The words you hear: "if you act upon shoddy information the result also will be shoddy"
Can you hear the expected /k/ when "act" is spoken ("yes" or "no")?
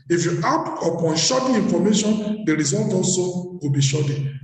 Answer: no